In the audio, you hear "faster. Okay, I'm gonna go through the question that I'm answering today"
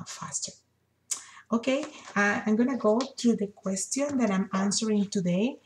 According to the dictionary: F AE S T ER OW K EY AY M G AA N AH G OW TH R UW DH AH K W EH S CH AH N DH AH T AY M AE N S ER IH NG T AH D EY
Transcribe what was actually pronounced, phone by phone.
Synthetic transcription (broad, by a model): F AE S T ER OW K EY AY M G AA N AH G OW T R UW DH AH K W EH S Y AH N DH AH T AY M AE N S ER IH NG T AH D EY